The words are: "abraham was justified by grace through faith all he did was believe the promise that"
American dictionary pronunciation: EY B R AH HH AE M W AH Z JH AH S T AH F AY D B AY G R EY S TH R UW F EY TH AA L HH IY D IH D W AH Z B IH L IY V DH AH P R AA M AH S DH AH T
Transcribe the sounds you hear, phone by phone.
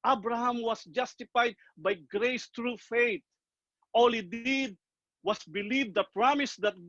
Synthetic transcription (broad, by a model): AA B R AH HH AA M W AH S JH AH S T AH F AY D B AY G R EY S T R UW F EY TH AA L HH IY D IH D W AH S B IH L IY V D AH P R AA M AH S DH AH T